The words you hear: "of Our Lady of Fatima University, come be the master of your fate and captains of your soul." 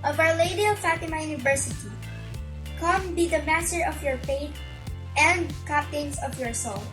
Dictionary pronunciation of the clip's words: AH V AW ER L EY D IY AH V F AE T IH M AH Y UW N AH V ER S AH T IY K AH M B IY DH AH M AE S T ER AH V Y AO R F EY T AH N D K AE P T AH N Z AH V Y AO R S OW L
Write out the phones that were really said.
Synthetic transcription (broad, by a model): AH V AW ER L EY D IY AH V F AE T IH M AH Y UW N AH V ER S AH T IY K AH M B IY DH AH M AE S T ER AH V Y AO R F EY T AH N D K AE P T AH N S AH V Y AO R S OW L